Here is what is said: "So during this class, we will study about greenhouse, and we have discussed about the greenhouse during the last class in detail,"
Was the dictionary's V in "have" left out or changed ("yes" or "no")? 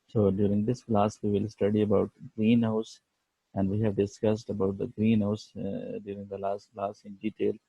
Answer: no